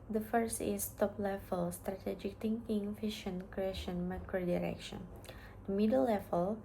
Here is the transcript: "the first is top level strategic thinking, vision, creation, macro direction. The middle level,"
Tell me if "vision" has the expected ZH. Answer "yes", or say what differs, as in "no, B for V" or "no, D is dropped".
no, SH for ZH